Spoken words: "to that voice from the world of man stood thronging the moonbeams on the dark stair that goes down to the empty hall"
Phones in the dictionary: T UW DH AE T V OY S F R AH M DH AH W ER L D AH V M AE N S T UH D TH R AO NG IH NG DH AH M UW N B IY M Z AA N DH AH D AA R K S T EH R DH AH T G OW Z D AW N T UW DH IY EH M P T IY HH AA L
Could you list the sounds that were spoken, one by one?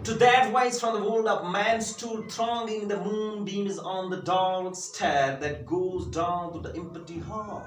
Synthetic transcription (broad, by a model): T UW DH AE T W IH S F R AH M DH AH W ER L D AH P M AE N S T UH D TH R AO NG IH NG DH AH M UW N B IY M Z N DH AH D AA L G S T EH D DH AH T G OW Z D AW N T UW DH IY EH M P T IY HH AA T